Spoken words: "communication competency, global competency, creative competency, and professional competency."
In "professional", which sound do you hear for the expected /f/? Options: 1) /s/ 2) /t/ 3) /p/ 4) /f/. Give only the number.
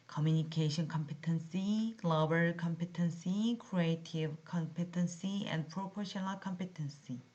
3